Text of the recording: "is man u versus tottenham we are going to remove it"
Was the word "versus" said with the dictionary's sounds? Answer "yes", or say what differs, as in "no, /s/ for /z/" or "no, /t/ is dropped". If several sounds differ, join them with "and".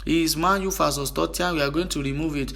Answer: no, /f/ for /v/